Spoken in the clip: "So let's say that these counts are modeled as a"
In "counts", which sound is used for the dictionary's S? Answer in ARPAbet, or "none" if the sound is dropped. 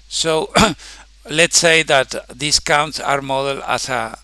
S